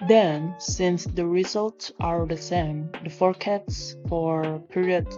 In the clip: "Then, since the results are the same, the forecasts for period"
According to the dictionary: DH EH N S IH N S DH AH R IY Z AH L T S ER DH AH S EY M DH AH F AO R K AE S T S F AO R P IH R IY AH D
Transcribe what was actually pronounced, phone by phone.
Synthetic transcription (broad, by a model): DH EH N S IH N S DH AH R IY Z AH L T S ER DH AH S EY M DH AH F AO R K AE T S F AO R P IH R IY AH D